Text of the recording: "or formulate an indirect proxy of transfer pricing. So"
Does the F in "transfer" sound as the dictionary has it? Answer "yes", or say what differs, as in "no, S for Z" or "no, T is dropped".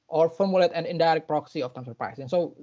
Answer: no, F is dropped